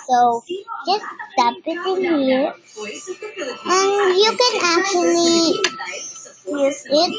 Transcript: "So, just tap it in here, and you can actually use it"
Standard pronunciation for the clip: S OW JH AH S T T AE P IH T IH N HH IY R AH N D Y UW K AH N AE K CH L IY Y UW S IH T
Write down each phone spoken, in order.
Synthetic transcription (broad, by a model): S OW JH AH S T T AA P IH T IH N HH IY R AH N Y UW K AH N AE K CH L IY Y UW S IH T